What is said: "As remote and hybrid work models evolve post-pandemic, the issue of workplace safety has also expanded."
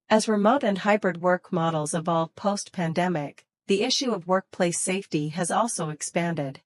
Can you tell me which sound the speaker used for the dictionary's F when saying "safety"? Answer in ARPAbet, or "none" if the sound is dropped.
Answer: F